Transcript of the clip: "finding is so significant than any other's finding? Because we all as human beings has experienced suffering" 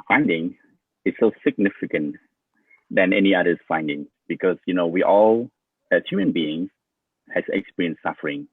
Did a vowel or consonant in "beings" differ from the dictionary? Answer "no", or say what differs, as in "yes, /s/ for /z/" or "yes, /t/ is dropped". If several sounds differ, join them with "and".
yes, /z/ is dropped